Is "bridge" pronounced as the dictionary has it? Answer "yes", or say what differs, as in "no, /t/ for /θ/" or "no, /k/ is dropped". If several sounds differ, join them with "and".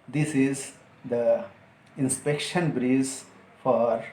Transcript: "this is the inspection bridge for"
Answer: no, /z/ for /dʒ/